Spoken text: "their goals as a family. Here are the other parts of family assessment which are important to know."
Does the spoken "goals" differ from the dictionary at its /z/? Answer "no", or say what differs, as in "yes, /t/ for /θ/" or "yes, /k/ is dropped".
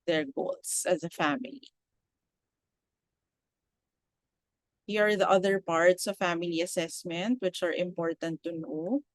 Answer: yes, /s/ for /z/